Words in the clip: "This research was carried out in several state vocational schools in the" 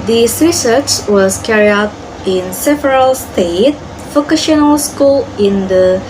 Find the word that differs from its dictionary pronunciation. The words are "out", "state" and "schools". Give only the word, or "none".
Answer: schools